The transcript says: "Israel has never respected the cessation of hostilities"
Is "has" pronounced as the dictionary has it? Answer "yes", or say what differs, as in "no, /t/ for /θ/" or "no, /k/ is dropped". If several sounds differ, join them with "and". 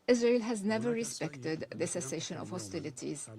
yes